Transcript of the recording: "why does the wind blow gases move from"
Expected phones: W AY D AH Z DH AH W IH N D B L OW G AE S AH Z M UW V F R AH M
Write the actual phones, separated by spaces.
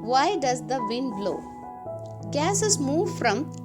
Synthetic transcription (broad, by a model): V AY D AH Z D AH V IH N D B L OW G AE S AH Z M UW V F R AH M